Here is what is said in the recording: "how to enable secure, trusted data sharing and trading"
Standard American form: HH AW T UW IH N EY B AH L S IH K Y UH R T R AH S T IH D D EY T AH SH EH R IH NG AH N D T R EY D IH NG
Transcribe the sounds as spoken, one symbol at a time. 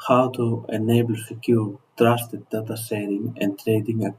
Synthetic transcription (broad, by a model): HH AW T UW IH N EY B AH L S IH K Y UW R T R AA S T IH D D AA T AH S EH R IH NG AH N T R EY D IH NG